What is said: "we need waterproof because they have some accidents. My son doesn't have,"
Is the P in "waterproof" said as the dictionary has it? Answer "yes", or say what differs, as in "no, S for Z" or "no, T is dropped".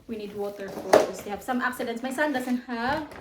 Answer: no, P is dropped